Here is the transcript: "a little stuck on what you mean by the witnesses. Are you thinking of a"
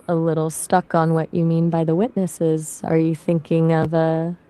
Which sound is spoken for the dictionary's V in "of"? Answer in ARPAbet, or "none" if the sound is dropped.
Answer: V